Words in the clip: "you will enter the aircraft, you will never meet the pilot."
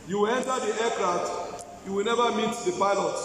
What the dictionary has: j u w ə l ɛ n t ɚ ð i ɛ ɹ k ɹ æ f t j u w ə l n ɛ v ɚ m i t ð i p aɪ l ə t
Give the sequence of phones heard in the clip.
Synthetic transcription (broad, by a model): j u w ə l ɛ n t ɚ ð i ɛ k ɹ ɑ t j u w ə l n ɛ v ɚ m i t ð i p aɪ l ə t